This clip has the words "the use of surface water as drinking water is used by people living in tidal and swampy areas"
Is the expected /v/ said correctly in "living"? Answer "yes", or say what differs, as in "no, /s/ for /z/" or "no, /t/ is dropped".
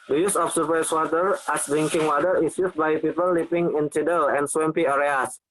no, /p/ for /v/